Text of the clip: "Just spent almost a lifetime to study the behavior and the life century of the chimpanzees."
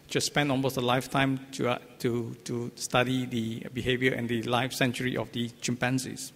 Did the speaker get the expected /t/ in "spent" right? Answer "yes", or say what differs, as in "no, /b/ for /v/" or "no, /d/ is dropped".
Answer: no, /t/ is dropped